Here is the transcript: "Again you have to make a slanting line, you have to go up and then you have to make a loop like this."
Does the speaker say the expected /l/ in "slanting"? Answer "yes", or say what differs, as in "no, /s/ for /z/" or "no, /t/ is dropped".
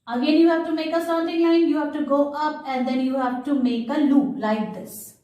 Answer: no, /l/ is dropped